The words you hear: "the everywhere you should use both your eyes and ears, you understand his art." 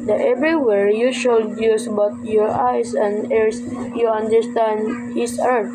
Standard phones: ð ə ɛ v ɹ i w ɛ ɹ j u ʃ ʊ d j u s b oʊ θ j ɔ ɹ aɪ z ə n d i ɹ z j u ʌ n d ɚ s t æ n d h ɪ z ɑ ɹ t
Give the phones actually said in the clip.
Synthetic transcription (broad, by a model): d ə ɛ v ɹ i w ɛ ɹ j u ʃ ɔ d j u s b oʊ t j ɔ ɹ aɪ s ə n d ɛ ɹ s j u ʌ n d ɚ s t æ n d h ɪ s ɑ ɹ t